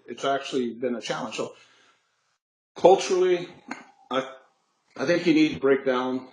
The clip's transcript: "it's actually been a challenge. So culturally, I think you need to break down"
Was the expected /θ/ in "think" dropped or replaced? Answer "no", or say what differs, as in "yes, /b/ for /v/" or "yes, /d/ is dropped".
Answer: no